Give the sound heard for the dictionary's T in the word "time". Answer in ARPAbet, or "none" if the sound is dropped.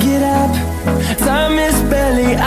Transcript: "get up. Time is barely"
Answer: S